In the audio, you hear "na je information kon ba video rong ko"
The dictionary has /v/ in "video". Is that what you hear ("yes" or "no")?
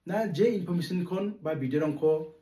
no